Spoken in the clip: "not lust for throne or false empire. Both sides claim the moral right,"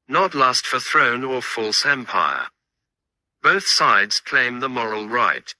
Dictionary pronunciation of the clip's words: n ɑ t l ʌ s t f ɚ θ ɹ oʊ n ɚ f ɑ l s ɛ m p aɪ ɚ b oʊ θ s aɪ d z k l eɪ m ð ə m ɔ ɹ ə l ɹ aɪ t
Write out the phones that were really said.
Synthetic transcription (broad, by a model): n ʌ t l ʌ s t f ɚ θ ɹ oʊ n ɚ f ɑ l s ɛ m p aɪ ɚ b oʊ θ s aɪ d z k l eɪ m ð ə m ɔ ɹ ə l ɹ aɪ t